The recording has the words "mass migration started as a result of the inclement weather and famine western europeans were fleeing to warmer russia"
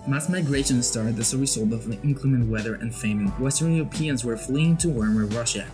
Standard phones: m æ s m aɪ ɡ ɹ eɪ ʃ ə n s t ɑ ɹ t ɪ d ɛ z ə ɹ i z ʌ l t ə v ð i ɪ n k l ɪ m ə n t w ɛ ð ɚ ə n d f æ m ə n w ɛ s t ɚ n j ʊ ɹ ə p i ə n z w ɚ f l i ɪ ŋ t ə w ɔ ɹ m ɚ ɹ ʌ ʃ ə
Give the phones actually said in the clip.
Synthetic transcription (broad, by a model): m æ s m aɪ ɡ ɹ eɪ ʃ ə n s t ɑ ɹ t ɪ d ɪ s ə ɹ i s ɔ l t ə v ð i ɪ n k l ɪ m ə n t w ɛ ð ɚ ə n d f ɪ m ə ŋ w ɛ s t ɚ n j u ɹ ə p i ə n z w ɚ f l i ɪ ŋ t ə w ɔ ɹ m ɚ ɹ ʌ ʃ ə